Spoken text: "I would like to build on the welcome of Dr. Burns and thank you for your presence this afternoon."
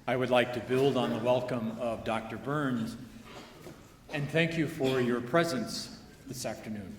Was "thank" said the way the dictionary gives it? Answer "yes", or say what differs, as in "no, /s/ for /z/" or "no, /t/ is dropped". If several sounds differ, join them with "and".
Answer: yes